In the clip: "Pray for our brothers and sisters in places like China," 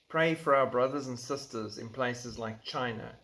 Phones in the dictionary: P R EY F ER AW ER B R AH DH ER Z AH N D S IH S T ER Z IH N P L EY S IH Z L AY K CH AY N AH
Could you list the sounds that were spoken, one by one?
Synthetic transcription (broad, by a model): P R EY F ER AW ER B R AH DH ER Z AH N S IH S T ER Z IH N P L EY S IH Z L AY K CH AY N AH